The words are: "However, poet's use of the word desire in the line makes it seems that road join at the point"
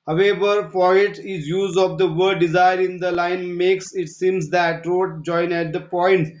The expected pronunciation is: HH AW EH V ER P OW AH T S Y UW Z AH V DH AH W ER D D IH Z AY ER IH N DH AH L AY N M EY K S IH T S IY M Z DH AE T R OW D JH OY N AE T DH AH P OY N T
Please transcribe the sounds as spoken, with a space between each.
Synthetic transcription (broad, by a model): HH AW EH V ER F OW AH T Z Y UW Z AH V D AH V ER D D IH Z AY ER IH N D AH L AY N M EY K S IH T S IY M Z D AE T R OW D JH OY N AE T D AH P OY N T